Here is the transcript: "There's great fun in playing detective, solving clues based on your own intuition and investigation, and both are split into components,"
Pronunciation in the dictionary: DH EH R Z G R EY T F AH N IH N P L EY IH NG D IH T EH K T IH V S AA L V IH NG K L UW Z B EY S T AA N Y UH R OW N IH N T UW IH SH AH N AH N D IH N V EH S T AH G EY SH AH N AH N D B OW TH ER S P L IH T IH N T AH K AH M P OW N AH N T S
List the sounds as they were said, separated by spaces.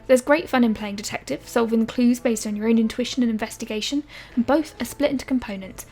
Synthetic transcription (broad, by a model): DH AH Z G R EY T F AH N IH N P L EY IH NG D IH T EH K T IH V S AA L V IH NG K L UW Z B EY S T N Y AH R OW N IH N T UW IH SH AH N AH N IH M V EH S T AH G EY SH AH N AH N B OW TH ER S P L IH T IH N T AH K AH M P OW N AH N T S